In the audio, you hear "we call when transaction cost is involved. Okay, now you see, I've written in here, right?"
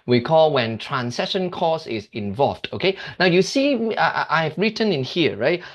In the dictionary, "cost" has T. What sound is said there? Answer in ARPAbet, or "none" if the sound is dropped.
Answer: none